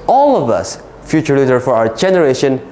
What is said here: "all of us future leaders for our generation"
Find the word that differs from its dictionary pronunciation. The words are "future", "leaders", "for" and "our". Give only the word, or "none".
leaders